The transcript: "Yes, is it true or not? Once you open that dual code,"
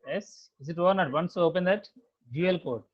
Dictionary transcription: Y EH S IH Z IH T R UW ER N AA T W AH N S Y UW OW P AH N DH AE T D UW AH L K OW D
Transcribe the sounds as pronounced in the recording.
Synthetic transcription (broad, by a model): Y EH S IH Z IH T AO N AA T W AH N S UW OW P AH N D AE T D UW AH L K OW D